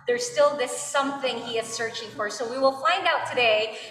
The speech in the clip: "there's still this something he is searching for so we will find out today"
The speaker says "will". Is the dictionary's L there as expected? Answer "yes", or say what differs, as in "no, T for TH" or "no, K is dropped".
yes